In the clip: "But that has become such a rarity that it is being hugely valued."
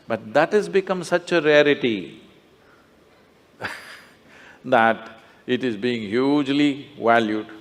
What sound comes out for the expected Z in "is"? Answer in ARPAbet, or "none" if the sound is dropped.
Z